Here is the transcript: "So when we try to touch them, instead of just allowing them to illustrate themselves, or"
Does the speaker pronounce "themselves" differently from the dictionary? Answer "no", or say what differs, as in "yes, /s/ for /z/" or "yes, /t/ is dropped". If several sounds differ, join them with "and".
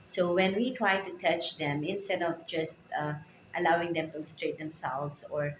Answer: yes, /s/ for /z/